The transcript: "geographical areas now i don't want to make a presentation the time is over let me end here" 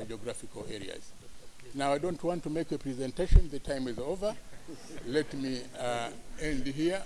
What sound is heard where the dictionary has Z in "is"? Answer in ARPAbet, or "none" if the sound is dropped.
Z